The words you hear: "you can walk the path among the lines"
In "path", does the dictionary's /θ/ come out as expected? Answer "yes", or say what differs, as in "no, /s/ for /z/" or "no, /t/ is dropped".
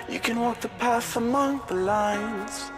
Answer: no, /s/ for /θ/